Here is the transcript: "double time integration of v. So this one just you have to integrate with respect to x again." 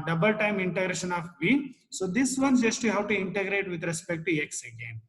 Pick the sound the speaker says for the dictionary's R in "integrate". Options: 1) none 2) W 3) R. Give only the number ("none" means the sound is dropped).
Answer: 3